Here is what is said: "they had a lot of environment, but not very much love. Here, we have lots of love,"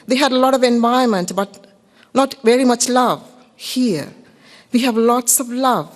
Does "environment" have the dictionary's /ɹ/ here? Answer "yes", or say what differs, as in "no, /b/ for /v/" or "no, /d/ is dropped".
no, /ɹ/ is dropped